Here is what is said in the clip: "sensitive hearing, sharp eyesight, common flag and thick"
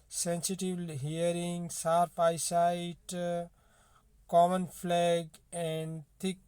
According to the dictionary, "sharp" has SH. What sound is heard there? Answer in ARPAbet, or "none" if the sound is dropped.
S